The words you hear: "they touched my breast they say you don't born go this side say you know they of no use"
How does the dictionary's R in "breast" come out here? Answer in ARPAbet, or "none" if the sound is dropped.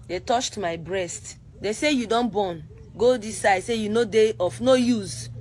R